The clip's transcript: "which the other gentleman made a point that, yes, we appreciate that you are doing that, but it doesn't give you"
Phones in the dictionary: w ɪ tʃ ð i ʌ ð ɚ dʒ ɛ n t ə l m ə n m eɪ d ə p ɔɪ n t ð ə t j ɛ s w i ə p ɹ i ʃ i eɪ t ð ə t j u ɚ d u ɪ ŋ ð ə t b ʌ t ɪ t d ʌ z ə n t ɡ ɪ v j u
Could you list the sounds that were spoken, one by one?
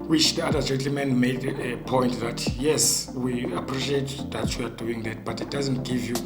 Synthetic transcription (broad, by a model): w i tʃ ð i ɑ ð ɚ dʒ ɛ n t l m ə n m eɪ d ə p ɔɪ n t ð ə t j ɛ s w i ə p ɹ i ʃ i eɪ t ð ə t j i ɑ d u ɪ ŋ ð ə t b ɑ t ɪ t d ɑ z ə n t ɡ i v j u